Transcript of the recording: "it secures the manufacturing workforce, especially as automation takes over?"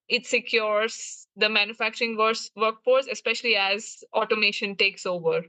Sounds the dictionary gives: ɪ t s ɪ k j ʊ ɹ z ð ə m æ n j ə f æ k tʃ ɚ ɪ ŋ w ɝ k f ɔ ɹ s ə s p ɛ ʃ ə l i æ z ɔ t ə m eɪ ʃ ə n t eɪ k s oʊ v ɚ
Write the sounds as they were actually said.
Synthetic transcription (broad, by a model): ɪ t s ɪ k j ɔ ɹ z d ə m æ n j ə f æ k tʃ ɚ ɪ ŋ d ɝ k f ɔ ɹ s ə s p ɛ ʃ ə l i æ z ɔ t ə m eɪ ʃ ə n t eɪ k s oʊ v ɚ